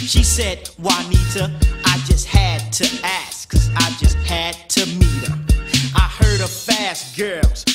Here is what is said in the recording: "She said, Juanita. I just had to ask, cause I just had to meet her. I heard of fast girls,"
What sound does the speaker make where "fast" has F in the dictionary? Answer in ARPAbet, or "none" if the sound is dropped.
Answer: F